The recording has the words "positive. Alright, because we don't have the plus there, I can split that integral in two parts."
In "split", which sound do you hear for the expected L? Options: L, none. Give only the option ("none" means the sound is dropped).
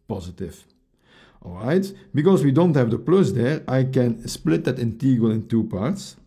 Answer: L